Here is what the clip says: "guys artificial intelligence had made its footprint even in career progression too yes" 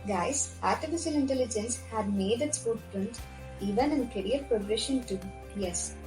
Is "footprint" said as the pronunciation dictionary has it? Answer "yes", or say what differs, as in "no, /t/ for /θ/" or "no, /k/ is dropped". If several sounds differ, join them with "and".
no, /p/ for /f/